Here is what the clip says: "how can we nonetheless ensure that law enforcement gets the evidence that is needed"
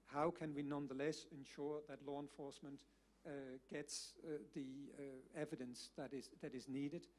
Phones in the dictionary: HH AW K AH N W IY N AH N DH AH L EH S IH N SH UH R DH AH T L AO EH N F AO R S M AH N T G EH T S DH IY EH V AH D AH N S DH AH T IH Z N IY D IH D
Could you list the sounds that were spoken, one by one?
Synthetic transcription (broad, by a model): HH AW K AH N W IY N AH N DH AH L EH S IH N SH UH R DH AH T L AO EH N F AO R S M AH N T G EH T S DH IY EH V AH D AH N S DH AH T IH Z N IY D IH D